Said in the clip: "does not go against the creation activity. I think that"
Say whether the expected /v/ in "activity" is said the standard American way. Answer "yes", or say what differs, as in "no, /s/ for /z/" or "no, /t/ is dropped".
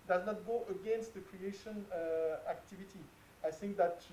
yes